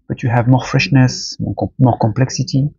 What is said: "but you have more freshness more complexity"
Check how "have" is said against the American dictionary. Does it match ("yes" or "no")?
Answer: yes